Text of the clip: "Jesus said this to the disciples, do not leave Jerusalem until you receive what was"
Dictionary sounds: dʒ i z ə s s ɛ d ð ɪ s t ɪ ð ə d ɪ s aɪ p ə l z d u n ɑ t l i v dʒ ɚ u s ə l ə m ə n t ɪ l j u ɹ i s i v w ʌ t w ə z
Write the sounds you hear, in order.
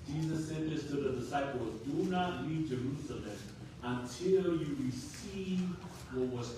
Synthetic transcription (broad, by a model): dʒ i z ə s s ɛ d ð ɪ s t ɪ ð ə d ɪ s aɪ p ə l z d u n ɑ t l i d dʒ ɚ u s ə l ə m ə n t ɪ l j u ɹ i s i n w ʌ t w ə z